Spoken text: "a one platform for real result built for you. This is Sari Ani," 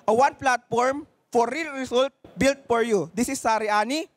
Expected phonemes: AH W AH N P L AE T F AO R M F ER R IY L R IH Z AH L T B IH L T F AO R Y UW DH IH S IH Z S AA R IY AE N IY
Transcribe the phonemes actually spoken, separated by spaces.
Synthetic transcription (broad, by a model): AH W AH N P L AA T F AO R M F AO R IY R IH S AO L T B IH L T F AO R Y UW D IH S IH S AA R IY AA N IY